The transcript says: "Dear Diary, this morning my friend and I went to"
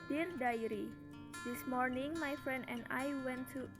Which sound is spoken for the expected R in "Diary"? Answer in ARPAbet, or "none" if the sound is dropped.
R